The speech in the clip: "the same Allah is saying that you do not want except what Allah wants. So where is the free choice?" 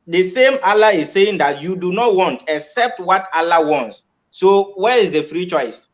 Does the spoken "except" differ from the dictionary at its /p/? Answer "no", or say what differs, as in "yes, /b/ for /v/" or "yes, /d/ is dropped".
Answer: no